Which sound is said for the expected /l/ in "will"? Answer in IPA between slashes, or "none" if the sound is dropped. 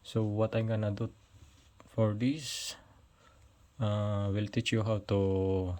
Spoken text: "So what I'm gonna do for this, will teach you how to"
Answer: /l/